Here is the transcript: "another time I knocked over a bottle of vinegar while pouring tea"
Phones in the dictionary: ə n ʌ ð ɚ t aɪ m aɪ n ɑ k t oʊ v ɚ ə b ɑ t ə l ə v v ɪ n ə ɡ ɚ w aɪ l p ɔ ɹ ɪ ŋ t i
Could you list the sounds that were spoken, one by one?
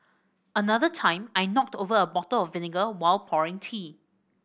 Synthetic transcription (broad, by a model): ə n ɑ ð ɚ t aɪ m aɪ n ɑ k t oʊ v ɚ ə b ɑ t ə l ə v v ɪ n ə ɡ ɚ w aɪ l p ɔ ɹ ɪ ŋ t i